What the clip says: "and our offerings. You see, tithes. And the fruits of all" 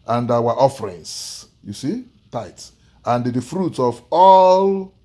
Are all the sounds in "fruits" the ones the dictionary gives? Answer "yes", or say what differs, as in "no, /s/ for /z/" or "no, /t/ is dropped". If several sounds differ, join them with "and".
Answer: no, /s/ is dropped